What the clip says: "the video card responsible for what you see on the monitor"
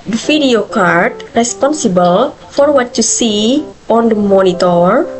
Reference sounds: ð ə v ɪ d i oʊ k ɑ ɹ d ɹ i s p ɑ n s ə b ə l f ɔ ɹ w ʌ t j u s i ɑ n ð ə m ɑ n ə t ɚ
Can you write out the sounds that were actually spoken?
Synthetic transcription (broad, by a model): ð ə f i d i oʊ k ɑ ɹ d ɹ i s p ɑ n s ə b ə l f ɔ ɹ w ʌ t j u s i ɑ n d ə m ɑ n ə t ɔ